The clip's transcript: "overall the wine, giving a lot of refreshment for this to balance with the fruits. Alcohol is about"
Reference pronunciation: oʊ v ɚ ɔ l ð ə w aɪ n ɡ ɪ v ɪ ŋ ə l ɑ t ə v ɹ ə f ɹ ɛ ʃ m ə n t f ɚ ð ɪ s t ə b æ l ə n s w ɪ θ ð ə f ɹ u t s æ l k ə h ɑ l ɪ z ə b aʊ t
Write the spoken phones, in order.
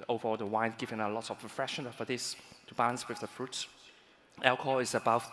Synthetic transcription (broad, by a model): oʊ v ɚ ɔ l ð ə w aɪ n ɡ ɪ v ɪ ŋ ə l ɑ t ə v ɹ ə f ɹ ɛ ʃ ə n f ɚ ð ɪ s t ə b æ l ə n s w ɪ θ ð ə f ɹ u t s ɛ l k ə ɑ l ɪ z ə b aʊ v